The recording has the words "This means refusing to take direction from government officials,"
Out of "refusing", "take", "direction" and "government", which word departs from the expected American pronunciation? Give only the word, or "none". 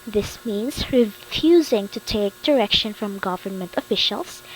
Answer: none